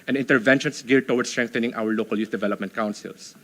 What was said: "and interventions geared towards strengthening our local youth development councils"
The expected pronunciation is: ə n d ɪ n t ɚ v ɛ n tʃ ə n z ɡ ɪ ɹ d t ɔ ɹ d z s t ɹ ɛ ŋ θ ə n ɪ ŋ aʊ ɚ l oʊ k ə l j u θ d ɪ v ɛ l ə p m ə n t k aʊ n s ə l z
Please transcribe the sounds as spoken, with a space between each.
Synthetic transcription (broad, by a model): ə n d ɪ n t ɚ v ɛ n ʃ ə n s ɡ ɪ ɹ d t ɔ w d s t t ɹ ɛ ŋ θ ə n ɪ ŋ aʊ ɚ l oʊ k ə l j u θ d ɪ v ɛ l ə p m ə n t k aʊ n s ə l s